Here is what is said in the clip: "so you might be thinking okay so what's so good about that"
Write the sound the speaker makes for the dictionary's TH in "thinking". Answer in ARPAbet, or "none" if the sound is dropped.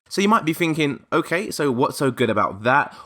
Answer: TH